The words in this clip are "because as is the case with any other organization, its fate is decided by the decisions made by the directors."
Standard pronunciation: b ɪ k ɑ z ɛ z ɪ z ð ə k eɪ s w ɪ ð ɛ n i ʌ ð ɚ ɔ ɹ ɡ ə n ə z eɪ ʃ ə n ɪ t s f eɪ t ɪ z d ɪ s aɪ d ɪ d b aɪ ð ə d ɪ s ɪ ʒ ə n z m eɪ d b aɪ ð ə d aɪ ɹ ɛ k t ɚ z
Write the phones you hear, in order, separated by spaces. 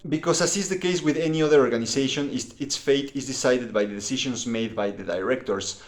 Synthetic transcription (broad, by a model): b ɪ k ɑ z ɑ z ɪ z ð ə k eɪ s w ɪ ð ɛ n i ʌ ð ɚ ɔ ɹ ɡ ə n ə s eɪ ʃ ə n ɪ t s f eɪ t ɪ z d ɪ s aɪ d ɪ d b aɪ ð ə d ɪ s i ʃ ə n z m eɪ d b aɪ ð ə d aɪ ɹ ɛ k t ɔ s